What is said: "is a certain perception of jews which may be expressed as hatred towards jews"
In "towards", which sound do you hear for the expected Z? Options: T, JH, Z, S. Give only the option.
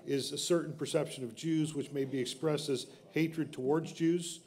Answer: Z